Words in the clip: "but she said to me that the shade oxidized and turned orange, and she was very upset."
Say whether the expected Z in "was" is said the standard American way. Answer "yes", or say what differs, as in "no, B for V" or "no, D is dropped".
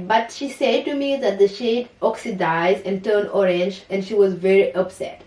yes